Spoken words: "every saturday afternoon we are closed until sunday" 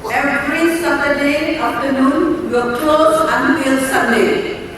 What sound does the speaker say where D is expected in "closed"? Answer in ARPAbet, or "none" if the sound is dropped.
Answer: none